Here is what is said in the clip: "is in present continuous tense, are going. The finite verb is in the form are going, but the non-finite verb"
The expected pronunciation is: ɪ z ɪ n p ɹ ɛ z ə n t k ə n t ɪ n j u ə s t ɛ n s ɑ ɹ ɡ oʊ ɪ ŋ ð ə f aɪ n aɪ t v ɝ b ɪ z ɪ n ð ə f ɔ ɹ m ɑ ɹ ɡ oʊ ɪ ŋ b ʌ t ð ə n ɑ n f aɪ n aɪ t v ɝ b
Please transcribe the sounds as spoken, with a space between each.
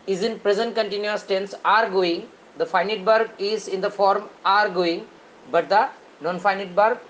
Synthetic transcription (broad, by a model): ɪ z ɪ n p ɹ ɛ z ə n t k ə n t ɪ n j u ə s t ɛ n s ɑ ɹ ɡ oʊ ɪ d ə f aɪ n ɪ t b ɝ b ɪ z ɪ n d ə f ɔ ɹ m ɑ ɹ ɡ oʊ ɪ b ʌ t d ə n ɑ n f aɪ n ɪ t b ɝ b